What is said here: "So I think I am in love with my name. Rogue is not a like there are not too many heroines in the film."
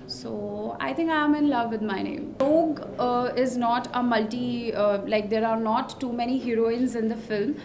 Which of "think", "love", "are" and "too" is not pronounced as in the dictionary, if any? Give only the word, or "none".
think